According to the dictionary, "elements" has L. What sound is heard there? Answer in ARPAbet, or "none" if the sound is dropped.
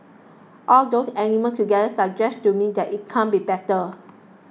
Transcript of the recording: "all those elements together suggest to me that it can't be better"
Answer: N